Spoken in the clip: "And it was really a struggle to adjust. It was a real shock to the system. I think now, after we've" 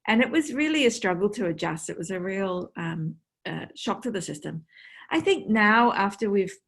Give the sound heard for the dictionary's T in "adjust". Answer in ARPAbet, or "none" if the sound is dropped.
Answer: T